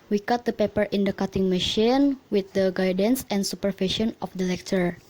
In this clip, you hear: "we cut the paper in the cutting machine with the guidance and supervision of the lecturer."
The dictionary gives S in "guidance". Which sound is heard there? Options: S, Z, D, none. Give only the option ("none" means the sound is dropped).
S